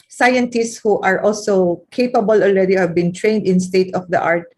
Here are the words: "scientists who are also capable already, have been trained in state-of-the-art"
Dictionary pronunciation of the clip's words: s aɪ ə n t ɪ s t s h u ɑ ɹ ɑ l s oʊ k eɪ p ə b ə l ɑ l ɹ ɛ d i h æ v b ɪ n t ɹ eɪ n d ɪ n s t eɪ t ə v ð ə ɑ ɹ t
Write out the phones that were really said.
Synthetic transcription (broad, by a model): s aɪ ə n t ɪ s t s h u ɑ ɹ ɑ l s oʊ k eɪ p ə b ə l ɑ l ɹ ɛ d i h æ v b ɪ n t ɹ eɪ n d ɪ n s t eɪ t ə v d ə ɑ ɹ t